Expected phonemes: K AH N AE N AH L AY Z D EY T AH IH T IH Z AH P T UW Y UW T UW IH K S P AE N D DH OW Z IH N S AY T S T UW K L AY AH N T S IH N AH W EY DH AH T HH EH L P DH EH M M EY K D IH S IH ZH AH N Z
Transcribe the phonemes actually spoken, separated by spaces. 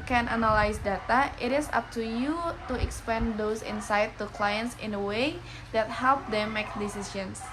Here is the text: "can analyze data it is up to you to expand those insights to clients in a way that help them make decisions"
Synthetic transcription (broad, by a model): K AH N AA N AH L AY S D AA T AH IH T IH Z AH P T UW Y UW T UW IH K S P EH N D OW S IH N S AY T T UW K L AY AH N T S IH N AH W EY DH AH T HH EH L P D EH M M EY K D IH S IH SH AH N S